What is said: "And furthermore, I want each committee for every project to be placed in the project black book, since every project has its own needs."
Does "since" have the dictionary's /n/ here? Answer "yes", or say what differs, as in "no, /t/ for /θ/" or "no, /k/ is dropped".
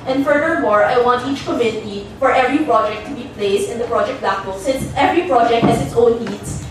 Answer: yes